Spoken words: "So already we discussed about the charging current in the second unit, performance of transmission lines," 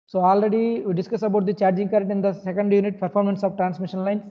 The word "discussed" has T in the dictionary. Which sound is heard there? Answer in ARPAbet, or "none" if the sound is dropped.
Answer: none